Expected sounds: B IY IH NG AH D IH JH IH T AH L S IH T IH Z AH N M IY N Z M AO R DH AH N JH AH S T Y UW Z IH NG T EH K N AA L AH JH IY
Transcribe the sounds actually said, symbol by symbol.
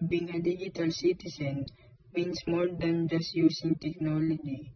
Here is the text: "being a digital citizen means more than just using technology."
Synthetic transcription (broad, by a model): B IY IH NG AH D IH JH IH T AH L S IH T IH S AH N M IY N S M AO R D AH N JH AH S T Y UW S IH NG T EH K N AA L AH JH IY